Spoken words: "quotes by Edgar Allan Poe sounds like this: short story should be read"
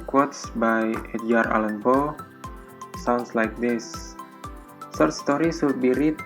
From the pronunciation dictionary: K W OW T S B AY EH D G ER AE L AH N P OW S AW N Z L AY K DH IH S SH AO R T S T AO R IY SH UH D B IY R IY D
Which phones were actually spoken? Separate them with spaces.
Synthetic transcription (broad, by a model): K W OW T S B AY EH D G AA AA L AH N B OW S AW N S L AY K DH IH S S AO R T S T AO R IY S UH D B IY R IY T